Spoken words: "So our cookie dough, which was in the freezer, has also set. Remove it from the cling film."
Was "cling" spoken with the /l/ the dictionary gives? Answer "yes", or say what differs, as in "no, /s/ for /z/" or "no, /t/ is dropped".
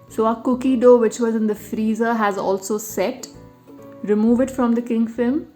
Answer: no, /l/ is dropped